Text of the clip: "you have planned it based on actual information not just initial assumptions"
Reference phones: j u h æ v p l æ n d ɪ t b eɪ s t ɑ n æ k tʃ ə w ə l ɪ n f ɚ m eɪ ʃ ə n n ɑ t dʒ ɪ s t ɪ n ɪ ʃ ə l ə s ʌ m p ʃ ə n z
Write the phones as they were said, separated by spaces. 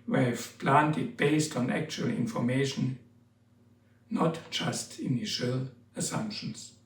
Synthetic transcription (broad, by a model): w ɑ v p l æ n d ɪ t b eɪ s t ɑ n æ k tʃ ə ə l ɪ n f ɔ m eɪ ʃ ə n n ɑ t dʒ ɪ s t ɪ n ɪ ʃ ə l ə s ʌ m p ʃ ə n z